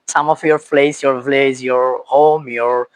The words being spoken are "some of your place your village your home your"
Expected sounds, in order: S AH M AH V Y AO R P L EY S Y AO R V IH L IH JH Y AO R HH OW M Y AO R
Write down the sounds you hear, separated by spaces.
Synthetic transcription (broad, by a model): S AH M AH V Y AO R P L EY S Y AO R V L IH Z Y AO R HH OW M Y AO R